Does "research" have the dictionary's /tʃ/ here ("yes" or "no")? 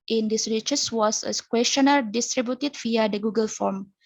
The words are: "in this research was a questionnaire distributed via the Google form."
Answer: no